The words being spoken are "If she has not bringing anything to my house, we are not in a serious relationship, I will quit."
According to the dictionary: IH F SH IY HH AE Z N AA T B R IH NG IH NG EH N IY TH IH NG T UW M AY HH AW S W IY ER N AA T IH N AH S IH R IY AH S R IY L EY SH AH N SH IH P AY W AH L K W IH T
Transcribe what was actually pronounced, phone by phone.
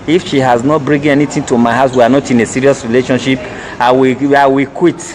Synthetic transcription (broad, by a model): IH F SH IY HH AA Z N AA T B R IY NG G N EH N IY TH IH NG T UW M AY HH AW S W IY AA N AA T IH N AH S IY R IY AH S R IY L EY SH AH N SH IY P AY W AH W K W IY T